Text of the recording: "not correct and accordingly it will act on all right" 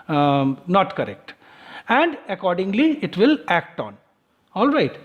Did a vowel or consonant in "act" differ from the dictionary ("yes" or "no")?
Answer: no